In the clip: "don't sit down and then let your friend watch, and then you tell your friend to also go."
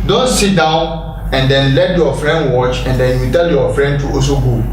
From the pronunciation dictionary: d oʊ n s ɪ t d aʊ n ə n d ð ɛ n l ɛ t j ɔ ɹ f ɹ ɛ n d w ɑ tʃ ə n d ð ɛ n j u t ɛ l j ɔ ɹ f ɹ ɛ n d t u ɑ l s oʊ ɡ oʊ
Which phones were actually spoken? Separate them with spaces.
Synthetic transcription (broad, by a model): d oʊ n s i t d aʊ n ə n d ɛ n l ɛ t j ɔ f ɹ ɛ n d w ɑ tʃ ə n d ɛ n j u t ɛ l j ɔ f ɹ ɛ n d t u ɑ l s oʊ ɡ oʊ